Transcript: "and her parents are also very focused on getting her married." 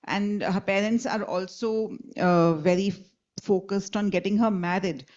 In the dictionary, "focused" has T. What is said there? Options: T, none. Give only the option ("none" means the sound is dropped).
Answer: T